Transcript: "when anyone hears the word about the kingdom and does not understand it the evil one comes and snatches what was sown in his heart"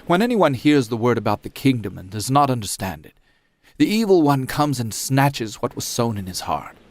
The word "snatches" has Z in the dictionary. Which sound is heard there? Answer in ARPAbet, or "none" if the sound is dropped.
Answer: Z